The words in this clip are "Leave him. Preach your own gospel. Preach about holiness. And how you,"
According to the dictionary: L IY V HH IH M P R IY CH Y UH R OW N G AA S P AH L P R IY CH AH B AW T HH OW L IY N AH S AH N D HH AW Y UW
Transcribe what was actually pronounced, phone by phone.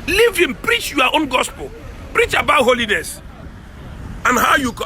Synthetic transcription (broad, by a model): L IY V HH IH M P R IY CH Y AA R OW N G AA S P AH L P R IY CH AH B AW T HH OW L IY N AH S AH N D HH AW Y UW